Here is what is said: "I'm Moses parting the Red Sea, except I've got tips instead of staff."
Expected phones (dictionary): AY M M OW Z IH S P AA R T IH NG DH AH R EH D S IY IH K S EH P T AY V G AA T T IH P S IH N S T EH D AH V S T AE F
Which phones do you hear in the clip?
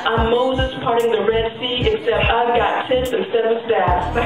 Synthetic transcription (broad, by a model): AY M M OW Z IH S P AA R T IH NG DH AH R EH D S IY IH K S EH P T AY V G AA T S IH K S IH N S EH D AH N S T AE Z